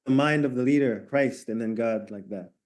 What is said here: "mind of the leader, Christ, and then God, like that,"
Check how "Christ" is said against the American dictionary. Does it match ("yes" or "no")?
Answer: yes